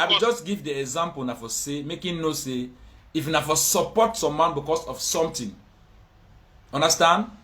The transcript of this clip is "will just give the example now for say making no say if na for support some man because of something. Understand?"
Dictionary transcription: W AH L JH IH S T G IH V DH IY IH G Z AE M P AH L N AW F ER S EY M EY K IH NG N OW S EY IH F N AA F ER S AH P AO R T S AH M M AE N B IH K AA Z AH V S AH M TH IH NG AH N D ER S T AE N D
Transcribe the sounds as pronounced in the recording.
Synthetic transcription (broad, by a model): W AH JH IH S T G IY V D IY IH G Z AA M P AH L N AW F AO S EY M EY K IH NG N OW S EY IH F N AA F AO S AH P AO T S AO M M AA N B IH K AA S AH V S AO M T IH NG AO N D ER S T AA N D